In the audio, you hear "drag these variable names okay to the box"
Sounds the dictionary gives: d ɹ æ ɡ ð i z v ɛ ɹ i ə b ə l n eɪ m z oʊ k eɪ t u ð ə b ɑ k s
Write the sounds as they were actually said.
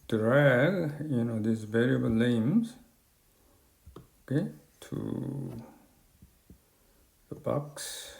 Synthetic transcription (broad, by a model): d ɹ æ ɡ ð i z v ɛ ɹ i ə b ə l l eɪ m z oʊ k eɪ t u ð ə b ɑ k s